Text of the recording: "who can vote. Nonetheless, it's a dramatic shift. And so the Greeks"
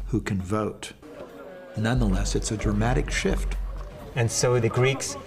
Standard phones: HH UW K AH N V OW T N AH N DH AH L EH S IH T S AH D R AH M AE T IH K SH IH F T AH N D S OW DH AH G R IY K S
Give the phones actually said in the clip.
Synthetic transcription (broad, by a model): HH UW K AH N V OW T N AH N DH AH L EH S IH T S AH D R AH M AE T IH K SH IH F T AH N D S OW DH AH G R IY K S